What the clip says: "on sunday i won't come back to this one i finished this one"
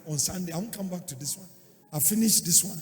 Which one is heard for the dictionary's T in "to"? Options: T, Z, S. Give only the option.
T